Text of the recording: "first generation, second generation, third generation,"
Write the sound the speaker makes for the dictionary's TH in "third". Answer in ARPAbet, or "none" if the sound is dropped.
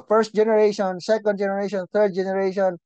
T